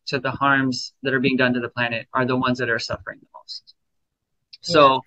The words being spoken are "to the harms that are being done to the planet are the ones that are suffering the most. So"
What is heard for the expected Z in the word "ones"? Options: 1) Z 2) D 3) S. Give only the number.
1